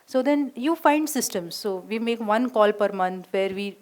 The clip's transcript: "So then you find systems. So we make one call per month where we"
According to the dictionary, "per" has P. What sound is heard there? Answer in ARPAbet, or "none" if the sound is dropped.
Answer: P